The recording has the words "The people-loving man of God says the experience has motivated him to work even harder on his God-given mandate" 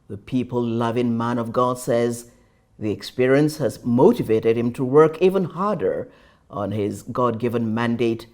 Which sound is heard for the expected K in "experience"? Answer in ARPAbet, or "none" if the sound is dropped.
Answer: K